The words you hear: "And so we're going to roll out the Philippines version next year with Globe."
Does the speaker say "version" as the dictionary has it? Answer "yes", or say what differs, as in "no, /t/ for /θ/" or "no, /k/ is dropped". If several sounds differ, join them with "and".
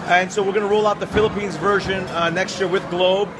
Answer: yes